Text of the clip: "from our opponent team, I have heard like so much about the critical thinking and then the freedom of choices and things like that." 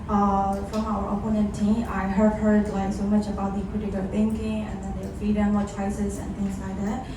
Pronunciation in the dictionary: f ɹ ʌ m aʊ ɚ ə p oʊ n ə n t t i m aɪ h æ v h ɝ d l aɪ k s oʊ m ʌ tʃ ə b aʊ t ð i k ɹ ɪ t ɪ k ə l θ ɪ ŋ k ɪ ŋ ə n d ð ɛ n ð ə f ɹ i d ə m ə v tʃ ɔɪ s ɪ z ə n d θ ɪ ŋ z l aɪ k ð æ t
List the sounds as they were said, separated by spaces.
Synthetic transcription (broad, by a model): f ɹ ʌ m aʊ ɚ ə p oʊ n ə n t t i aɪ h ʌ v h ɝ d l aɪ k s oʊ m ʌ tʃ ə b aʊ t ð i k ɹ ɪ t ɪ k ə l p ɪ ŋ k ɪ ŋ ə n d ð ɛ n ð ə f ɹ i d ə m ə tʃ ɔɪ s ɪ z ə n θ ɪ ŋ z l aɪ k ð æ t